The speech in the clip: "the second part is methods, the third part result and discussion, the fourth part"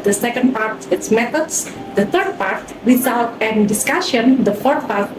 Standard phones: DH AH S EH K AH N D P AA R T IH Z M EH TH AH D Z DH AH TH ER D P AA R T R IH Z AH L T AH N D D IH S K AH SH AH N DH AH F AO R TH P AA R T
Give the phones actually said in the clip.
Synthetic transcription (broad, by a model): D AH S EH K AH N D P AA R T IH S M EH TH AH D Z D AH T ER D P AA R T W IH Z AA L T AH N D D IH S K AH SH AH N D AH F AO R T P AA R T